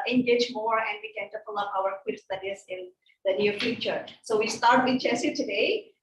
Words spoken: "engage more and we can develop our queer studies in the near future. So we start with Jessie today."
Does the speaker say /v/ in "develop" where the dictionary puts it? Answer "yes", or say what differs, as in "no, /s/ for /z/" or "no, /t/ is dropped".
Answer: no, /p/ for /v/